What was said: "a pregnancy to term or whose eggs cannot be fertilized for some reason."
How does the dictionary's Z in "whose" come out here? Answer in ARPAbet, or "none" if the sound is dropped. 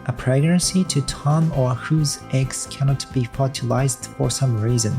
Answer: Z